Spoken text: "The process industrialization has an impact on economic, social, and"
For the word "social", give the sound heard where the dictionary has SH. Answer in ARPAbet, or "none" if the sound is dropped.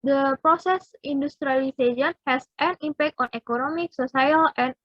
S